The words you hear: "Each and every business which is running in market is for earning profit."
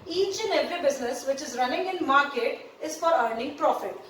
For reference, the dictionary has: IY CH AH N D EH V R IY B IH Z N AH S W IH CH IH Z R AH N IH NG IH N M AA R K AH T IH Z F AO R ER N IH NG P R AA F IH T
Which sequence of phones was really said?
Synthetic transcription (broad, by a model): IY CH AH N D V IY B IH Z N AH S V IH CH IH Z R AH N IH NG IH N M AA R K AH T IH Z F AO R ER N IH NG P R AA F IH T